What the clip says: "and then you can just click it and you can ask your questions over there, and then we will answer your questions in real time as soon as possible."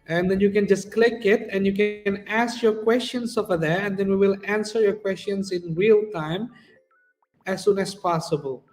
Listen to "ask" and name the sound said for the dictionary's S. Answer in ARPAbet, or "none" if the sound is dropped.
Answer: S